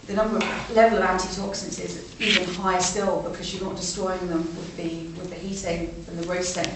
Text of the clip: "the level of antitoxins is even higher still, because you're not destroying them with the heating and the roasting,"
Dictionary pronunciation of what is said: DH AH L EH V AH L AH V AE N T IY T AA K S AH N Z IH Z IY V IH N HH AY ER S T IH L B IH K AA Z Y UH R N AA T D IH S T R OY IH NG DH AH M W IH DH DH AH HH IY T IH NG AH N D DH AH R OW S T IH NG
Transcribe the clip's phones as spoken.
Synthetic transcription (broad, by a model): DH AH L EH V AH L AH V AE N T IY T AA K S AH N S IH Z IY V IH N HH AY S T IH L B IH K AA Z Y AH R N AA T D IH S T R OY IH NG DH AH M W IH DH DH AH HH IY T IH NG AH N DH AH R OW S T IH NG